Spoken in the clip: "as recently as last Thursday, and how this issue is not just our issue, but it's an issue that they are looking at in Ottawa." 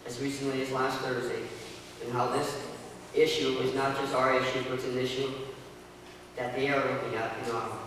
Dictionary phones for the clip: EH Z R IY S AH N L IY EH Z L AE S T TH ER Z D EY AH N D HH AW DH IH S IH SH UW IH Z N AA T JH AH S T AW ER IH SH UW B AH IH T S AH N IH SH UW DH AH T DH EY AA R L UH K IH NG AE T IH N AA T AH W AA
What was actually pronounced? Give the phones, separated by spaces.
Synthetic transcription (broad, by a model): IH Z R IY S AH N L IY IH Z L AE S T TH ER Z D EY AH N HH AW DH IH S IH SH UW IH Z N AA T JH AH S T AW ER IH SH UW B AH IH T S AH N IH SH UW DH AH T DH EY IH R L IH IH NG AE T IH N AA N